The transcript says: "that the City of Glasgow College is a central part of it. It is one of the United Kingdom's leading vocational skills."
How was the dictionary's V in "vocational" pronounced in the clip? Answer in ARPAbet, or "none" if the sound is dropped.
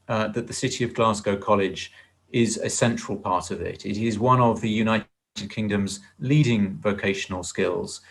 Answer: V